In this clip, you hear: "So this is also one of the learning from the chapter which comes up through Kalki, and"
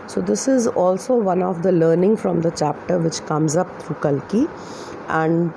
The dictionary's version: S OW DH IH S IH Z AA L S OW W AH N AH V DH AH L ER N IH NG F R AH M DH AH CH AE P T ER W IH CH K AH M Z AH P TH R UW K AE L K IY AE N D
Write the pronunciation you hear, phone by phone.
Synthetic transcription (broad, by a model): S OW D IH S IH Z AA L S OW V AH N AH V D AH L ER N IH NG F R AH M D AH CH AE P T ER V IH CH K AH M Z AH P T R UW K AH L K IY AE N D